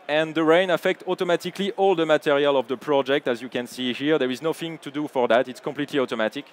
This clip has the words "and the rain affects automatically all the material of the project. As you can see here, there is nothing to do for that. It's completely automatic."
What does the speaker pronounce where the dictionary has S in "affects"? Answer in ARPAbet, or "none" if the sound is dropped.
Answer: none